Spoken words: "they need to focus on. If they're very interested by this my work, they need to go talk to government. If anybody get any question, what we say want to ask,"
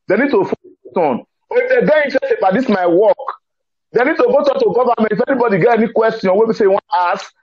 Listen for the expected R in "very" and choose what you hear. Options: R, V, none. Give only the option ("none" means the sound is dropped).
none